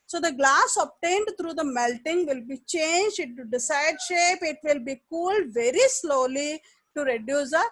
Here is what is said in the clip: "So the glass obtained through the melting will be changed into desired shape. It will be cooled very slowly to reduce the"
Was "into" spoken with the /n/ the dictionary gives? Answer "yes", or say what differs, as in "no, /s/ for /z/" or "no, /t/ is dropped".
no, /n/ is dropped